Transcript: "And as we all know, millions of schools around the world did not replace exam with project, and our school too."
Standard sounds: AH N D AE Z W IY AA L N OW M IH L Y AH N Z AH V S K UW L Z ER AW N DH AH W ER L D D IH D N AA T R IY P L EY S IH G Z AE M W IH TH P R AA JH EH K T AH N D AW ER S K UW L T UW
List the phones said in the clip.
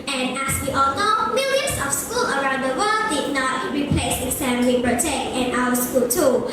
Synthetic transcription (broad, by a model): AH N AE S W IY AA L N OW M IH L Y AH N S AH F S K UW L ER AW N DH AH W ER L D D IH N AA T R IY P L EY S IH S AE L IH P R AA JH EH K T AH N AW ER S K UW L T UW